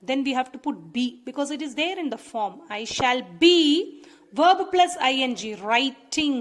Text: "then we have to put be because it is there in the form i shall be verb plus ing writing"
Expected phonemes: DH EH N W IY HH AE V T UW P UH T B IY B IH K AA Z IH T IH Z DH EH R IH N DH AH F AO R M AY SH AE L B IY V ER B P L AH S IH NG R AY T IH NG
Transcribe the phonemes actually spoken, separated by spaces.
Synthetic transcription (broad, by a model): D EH N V IY HH AE V T UW P UH T B IY B IH K AA Z IH T IH Z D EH R IH N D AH F AO R M AY SH AE L B IY V ER B P L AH S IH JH R AY T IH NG